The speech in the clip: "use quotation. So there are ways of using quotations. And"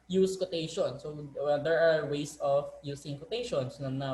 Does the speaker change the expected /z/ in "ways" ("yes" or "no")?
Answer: yes